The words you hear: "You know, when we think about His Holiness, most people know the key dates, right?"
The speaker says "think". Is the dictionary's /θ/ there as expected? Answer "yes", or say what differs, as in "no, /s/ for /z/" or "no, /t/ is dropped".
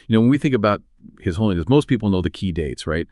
yes